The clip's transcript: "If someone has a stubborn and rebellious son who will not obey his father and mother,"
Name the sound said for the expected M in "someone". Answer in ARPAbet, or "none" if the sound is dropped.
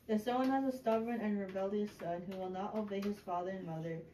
none